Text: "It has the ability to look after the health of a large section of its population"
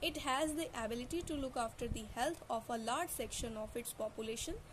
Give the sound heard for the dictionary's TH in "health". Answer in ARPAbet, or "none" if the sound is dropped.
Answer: T